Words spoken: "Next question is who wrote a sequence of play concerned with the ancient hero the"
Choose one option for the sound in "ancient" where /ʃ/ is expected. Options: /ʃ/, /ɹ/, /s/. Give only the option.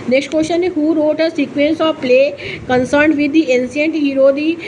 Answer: /s/